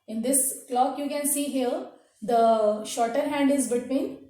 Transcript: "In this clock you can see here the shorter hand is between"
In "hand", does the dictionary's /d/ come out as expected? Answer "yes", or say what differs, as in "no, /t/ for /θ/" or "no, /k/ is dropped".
yes